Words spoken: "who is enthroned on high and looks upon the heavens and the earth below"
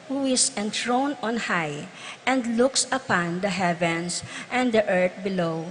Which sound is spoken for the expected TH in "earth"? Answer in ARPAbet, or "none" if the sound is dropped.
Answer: T